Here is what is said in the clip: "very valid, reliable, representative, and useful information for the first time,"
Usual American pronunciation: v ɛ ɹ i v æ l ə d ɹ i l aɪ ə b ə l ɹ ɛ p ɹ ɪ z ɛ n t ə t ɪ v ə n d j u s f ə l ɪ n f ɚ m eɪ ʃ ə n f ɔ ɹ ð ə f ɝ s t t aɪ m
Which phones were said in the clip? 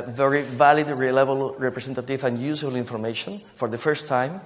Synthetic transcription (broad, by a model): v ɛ ɹ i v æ l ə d ɹ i l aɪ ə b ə l ɹ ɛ p ɹ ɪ s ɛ n t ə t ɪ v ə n j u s ə l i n f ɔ m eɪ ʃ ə n f ɔ ɹ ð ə f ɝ s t t aɪ m